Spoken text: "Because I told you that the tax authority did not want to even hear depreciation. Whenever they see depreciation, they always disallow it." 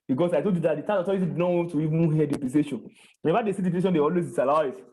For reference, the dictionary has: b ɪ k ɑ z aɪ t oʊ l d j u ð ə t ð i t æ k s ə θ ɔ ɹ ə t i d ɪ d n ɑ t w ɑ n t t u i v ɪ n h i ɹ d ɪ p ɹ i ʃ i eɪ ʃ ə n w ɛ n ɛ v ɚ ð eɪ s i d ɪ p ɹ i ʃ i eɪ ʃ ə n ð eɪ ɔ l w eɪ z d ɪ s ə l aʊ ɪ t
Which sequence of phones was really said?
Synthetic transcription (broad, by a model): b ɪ k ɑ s aɪ t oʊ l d j u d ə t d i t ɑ s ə t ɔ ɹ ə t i d ɪ d n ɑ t w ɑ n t t u i v ɪ n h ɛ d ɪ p l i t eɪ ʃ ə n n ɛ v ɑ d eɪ s i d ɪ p i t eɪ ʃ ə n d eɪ ɔ l w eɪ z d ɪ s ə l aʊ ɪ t